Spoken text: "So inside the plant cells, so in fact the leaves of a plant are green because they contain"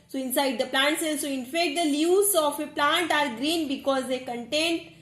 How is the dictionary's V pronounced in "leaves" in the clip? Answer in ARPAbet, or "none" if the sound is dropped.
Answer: none